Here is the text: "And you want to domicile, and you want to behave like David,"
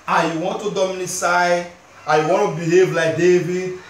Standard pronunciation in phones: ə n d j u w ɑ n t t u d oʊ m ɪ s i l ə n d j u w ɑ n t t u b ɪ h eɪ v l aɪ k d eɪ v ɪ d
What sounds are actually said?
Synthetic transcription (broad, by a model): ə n j u w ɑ n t t u d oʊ m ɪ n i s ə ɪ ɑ j u w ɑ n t t u b ɪ h eɪ v l aɪ k d eɪ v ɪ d